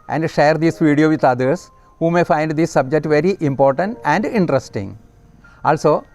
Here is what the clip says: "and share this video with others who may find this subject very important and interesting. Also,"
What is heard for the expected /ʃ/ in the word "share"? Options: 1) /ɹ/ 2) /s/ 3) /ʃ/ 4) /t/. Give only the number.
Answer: 3